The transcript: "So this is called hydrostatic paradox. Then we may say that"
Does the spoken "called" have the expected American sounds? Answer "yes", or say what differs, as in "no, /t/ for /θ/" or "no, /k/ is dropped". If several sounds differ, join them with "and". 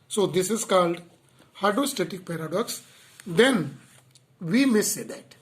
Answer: yes